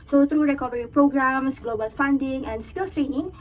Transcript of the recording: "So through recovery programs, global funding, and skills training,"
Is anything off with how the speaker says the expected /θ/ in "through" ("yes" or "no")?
yes